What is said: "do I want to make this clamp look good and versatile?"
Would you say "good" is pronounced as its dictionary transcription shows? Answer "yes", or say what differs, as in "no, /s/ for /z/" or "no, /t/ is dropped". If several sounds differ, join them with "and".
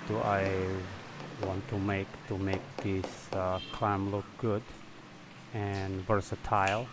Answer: yes